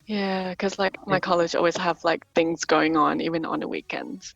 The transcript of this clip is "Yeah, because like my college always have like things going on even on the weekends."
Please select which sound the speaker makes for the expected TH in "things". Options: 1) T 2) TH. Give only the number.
2